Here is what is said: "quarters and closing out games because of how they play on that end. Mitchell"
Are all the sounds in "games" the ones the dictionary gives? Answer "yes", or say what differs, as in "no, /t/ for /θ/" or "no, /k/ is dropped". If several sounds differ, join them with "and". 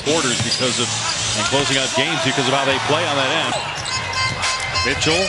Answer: yes